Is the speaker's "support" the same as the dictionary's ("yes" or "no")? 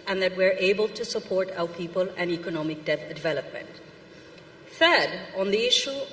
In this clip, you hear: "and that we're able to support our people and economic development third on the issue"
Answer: yes